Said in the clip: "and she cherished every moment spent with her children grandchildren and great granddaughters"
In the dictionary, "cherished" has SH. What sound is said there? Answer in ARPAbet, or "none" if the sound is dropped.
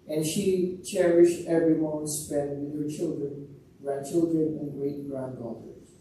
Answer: SH